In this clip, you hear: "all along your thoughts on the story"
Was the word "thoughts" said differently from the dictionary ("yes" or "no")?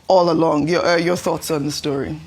no